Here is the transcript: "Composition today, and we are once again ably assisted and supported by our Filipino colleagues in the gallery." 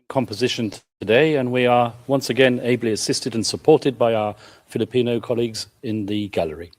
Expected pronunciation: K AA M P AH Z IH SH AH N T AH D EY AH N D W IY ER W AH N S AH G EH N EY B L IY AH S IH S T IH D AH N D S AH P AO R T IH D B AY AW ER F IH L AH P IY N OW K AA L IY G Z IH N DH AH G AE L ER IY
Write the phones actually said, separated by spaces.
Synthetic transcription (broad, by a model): K AA M P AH Z IH SH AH N T AH D EY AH N W IY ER W AH N S AH G EH N EY B L IY AH S IH S T IH D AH N S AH P AO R T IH D B AY AW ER F IH L AH P IY N OW K AA L IY G Z IH N DH AH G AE L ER IY